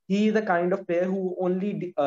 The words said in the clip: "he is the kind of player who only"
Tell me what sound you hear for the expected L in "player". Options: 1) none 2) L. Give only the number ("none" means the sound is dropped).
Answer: 1